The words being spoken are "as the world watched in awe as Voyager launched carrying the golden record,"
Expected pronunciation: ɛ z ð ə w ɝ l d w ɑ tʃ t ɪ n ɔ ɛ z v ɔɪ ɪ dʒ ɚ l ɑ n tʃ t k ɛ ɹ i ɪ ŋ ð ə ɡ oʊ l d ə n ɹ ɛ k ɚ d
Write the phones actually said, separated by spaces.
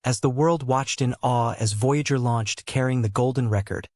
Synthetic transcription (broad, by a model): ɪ z ð ə w ɝ l d w ɑ tʃ t ɪ n ɔ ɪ z v ɔɪ ɪ dʒ ɚ l ɑ n tʃ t k ɛ ɹ i ɪ ŋ ð ə ɡ oʊ l d n ɹ ɛ k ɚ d